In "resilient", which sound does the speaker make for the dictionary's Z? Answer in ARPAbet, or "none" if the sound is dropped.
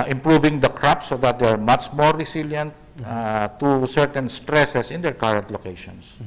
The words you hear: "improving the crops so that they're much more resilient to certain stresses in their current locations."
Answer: S